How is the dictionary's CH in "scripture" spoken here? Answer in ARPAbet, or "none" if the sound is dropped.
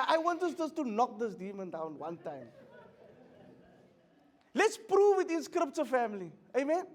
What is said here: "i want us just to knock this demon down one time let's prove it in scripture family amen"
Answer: S